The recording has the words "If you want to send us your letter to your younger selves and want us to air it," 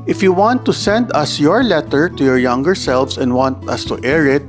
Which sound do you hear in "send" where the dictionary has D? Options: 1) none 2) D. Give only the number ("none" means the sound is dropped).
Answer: 2